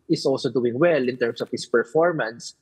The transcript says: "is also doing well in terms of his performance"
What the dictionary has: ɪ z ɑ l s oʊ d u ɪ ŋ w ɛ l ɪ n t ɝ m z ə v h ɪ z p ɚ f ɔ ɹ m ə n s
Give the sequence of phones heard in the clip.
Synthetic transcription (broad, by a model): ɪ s ɑ l s oʊ d u ɪ ŋ w ɛ l ɪ n t ɝ m s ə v h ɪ s p ɚ f ɔ ɹ m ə n s